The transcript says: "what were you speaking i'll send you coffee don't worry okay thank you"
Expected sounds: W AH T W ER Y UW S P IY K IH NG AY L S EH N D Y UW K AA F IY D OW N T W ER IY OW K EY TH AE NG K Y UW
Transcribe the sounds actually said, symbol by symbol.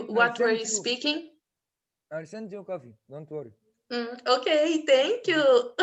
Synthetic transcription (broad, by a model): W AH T W ER Y UW S P IY K IH NG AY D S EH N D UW K AA F IY D OW N T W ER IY OW K EY T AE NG K Y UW